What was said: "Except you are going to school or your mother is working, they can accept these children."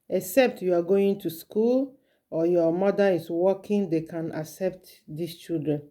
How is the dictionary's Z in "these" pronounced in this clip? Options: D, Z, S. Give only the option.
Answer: S